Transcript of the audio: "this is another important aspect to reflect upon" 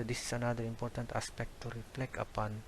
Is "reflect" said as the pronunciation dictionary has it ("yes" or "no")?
no